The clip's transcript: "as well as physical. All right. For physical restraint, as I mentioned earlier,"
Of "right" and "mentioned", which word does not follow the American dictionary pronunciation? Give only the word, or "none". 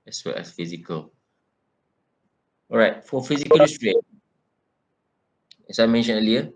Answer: mentioned